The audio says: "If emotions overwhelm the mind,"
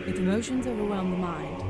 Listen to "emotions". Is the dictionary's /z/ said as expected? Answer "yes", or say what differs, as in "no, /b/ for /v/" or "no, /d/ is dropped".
yes